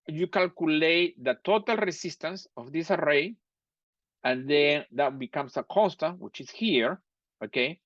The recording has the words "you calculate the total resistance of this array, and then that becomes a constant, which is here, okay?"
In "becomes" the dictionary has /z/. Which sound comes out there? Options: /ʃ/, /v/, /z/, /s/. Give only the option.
/s/